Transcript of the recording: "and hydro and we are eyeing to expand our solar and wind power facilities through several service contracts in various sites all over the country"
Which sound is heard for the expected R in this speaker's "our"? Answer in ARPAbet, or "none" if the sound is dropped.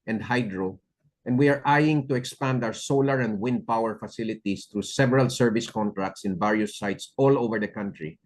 W